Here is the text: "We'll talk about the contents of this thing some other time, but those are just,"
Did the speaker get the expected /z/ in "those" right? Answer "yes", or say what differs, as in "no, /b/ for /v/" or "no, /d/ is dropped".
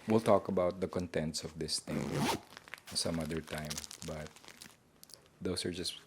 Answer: no, /s/ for /z/